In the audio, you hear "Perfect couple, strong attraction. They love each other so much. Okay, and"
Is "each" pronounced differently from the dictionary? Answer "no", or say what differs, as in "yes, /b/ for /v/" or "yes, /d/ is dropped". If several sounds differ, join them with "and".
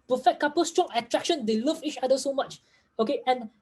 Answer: no